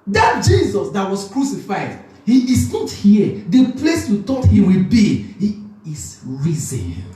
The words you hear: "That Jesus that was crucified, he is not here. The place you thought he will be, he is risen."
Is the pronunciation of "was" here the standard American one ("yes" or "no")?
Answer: no